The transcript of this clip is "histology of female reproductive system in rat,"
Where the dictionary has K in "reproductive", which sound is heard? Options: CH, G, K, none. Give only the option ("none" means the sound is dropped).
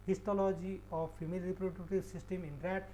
none